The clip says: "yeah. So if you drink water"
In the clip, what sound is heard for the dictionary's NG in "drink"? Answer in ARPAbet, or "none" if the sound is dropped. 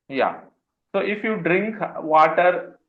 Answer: NG